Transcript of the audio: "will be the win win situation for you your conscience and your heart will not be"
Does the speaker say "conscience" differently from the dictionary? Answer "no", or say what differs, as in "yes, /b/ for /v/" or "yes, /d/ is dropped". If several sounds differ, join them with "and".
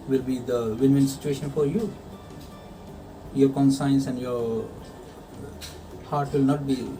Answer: yes, /s/ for /ʃ/